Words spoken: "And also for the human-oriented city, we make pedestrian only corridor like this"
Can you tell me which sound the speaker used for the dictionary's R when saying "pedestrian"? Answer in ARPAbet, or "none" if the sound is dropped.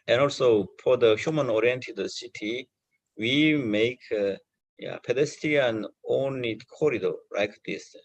none